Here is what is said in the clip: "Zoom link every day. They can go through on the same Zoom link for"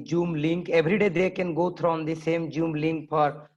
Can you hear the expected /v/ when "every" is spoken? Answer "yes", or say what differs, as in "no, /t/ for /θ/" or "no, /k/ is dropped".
no, /b/ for /v/